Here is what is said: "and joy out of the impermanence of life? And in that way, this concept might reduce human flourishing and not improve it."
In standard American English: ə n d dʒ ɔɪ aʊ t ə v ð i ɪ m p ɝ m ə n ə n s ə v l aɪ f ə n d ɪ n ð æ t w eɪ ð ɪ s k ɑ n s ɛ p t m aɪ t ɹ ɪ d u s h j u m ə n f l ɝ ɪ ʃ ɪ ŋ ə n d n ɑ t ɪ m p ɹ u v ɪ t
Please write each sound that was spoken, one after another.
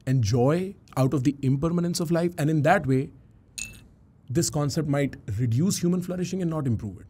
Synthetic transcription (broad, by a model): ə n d dʒ ɔɪ aʊ t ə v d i ɪ m p ɝ m ə n ə n s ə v l aɪ f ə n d ɪ n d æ t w eɪ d ɪ s k ɑ n s ɛ p t m aɪ t ɹ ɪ d u s h j u m ə n f l ɝ ɪ ʃ ɪ ŋ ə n n ɑ t ɪ m p ɹ u v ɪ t